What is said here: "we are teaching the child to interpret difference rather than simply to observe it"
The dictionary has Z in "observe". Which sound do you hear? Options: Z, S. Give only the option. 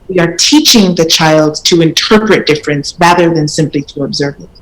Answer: Z